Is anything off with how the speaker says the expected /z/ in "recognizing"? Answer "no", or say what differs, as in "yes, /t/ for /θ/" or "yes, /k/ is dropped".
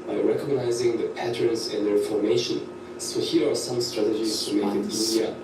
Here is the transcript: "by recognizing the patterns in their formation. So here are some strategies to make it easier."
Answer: no